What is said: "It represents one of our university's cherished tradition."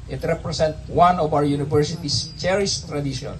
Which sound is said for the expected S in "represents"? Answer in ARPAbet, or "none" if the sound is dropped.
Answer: none